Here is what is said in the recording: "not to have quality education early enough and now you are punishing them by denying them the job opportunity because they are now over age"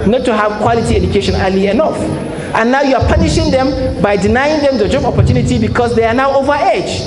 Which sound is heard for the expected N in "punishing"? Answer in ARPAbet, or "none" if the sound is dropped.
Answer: N